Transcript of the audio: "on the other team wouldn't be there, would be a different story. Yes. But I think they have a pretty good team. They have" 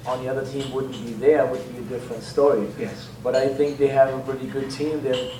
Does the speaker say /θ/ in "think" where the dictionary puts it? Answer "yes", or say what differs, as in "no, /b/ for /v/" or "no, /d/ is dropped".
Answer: yes